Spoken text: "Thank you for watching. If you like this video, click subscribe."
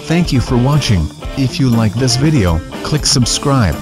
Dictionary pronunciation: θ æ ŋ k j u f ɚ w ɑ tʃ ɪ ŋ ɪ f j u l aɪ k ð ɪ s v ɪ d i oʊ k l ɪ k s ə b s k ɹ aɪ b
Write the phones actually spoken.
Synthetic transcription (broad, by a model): θ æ ŋ k j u f ɚ w ɑ tʃ ɪ ŋ ɪ f j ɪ l aɪ k ð ɪ s v ɪ d i oʊ k l ɪ k s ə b s k ɹ aɪ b